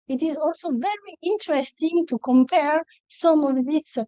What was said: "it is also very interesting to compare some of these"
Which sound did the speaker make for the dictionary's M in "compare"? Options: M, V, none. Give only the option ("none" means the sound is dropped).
M